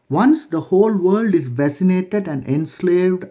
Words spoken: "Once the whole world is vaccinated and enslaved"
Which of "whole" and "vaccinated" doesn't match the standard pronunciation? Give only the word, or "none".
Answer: vaccinated